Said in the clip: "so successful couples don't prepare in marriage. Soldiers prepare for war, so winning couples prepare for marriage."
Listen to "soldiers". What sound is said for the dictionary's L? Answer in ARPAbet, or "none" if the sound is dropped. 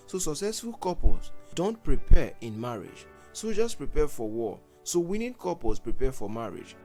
none